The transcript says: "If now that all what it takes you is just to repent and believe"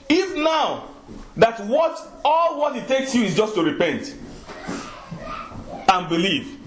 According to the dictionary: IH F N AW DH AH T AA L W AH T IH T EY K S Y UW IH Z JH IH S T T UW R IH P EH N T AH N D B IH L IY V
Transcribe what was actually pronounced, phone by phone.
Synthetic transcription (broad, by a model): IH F N AW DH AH T AA L W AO T IH T EY K S Y UW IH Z JH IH S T T UW R IH P EH N T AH N B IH L IY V